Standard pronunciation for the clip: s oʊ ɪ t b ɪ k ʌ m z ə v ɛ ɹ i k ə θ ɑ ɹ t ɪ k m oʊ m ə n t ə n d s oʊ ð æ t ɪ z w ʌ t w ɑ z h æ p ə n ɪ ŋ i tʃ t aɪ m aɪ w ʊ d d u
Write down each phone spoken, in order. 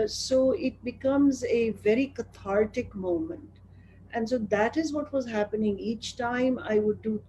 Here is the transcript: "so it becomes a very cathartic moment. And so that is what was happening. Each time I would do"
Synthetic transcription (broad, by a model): s oʊ ɪ t b ɪ k ʌ m z ə v ɛ ɹ i k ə t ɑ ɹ t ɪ k m oʊ m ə n t ə n d s oʊ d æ t ɪ z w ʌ t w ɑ z h æ p ə n ɪ ŋ i tʃ t aɪ m aɪ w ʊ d d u